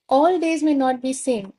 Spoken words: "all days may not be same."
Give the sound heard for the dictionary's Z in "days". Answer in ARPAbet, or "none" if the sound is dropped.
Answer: Z